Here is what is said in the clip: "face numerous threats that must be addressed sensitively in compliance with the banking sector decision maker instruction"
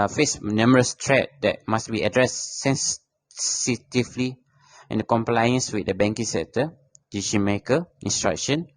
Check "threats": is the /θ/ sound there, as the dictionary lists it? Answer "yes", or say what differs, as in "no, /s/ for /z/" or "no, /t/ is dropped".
no, /t/ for /θ/